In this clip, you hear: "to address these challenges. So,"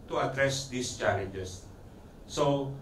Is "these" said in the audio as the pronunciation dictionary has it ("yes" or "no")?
no